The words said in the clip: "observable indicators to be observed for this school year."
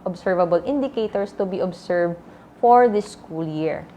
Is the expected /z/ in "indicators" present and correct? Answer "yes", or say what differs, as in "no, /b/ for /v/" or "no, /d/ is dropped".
no, /s/ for /z/